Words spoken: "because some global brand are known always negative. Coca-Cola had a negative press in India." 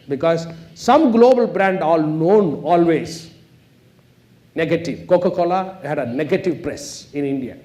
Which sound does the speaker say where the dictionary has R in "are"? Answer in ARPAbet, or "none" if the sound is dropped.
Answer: L